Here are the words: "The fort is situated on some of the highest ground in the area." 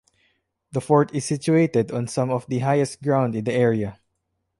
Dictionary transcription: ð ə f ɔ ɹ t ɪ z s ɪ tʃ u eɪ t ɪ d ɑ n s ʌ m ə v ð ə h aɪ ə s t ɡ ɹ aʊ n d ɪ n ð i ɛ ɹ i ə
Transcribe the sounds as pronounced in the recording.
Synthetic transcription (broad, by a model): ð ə f ɔ ɹ t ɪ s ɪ tʃ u eɪ t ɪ d ɑ n s ʌ m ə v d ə h aɪ ə s t ɡ ɹ aʊ n d ɪ n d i ɛ ɹ i ə